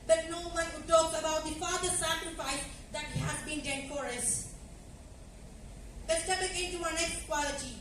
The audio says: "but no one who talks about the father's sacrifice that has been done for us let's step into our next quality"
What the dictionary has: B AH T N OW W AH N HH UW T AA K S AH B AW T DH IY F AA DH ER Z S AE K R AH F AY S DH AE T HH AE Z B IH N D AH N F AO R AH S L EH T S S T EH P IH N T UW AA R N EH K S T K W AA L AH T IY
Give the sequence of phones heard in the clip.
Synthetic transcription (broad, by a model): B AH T N OW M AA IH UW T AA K AH B AW T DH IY F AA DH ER S AE K R AH F AY S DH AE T HH AE Z B IH N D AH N F AO R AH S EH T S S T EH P IH N T UW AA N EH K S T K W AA L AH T IY